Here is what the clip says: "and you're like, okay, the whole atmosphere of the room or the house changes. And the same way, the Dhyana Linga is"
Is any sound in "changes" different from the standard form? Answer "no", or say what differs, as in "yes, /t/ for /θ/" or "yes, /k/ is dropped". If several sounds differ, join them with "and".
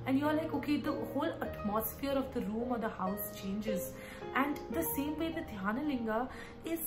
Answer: no